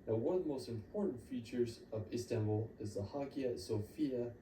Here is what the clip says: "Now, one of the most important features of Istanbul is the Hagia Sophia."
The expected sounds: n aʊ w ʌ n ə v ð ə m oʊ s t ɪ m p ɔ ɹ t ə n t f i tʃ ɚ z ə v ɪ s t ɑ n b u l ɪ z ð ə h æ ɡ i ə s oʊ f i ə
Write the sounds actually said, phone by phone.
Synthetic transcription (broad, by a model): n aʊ w ʌ n ə v ð ə m oʊ s t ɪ m p ɔ ɹ t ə n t f i tʃ ɚ z ə v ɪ s t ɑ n b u l ɪ z ð ə h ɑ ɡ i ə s oʊ f i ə